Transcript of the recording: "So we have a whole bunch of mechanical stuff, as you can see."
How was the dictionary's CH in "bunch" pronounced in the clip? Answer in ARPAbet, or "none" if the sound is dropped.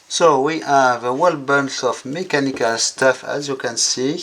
S